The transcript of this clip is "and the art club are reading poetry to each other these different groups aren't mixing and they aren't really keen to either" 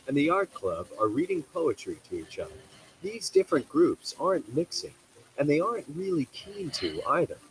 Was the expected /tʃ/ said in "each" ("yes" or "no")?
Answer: yes